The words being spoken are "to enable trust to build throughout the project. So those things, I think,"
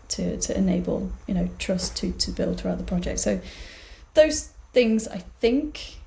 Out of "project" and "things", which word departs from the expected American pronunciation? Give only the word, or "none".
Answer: none